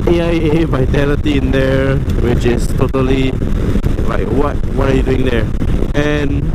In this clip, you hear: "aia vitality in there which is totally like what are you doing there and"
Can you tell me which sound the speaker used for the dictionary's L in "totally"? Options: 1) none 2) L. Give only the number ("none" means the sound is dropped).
2